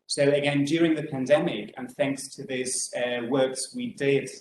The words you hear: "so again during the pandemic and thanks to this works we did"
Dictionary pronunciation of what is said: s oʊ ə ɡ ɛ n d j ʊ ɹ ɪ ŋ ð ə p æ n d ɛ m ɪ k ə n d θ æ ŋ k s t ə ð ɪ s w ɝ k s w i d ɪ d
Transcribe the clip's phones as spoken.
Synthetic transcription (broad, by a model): s oʊ ə ɡ ɛ n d j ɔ ɹ ɪ ŋ ð ə p æ n d ɛ m ɪ k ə n θ æ ŋ k s t ə ð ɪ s w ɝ k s w i d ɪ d